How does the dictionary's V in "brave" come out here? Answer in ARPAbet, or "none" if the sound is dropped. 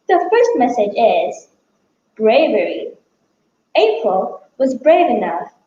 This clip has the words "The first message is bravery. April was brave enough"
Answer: V